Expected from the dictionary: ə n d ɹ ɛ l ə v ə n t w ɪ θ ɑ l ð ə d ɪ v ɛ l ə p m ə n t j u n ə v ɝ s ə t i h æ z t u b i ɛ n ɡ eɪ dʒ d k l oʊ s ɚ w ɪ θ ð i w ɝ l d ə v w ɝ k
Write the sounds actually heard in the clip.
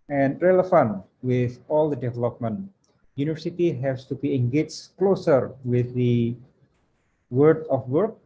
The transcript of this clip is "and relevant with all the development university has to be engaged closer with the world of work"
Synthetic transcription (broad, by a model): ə n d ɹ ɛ l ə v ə n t w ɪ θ ɑ l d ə d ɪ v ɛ l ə p m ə n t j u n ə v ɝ s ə t i h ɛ s t u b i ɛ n ɡ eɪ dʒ k l oʊ s ɚ w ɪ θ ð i w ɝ d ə f w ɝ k